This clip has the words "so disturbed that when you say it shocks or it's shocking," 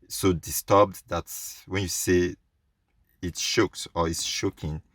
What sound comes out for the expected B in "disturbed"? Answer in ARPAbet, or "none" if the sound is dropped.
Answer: B